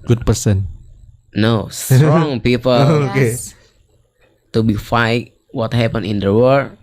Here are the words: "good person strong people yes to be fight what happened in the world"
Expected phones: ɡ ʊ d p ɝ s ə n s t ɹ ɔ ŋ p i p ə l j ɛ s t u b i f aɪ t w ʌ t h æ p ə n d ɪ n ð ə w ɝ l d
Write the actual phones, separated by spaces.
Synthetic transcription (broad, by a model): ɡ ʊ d p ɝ s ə n s t ɹ ɔ ŋ p i p ə l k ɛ t u b i f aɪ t w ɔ t h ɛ p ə n ɪ n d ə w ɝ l